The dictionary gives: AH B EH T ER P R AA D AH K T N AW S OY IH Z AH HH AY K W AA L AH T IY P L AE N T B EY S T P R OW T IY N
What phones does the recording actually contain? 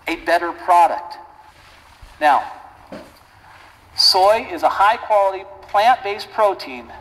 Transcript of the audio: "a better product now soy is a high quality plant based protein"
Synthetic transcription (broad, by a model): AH B EH T ER P R AA D AH K T N AW S OY IH Z AH HH AY K W AA L AH T IY P L AE N T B EY S P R OW T IY N